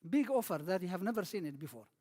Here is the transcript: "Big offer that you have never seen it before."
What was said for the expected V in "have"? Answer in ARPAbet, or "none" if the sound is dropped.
V